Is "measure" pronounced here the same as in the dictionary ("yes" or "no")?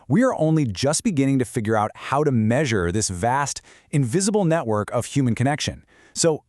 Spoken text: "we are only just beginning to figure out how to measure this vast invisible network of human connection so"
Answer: yes